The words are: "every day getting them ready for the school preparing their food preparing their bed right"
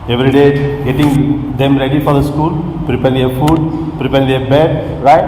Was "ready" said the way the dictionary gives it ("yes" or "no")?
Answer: yes